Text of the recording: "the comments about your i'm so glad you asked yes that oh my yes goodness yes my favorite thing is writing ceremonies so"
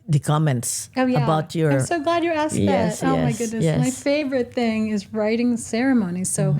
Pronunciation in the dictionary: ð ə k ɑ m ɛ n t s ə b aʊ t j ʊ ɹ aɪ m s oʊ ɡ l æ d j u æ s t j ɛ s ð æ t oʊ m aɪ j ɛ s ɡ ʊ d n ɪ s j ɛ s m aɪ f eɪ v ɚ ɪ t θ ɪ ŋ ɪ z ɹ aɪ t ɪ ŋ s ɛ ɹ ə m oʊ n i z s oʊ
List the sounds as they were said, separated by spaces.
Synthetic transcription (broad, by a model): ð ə k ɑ m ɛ n t s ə b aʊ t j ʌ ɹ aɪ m s oʊ ɡ l æ d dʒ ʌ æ s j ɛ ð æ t oʊ m aɪ ɡ ʊ d n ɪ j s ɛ m aɪ f eɪ v ɚ ɪ t θ ɪ ŋ ɪ z ɹ aɪ t ɪ ŋ s ɛ ɹ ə m oʊ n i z s oʊ